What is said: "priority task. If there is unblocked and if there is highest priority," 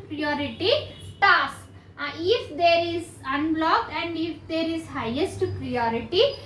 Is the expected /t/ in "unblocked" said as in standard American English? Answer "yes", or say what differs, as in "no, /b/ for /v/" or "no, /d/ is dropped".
no, /t/ is dropped